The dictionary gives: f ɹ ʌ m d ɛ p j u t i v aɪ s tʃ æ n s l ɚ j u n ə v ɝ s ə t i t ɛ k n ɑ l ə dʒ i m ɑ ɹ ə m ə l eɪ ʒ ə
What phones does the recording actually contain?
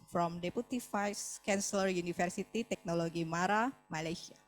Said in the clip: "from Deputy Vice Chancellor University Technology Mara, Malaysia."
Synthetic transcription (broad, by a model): f ɹ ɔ m d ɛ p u t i f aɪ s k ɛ n s l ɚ j u n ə f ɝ s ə t i t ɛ k n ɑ l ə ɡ i m ɑ ɹ ə m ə l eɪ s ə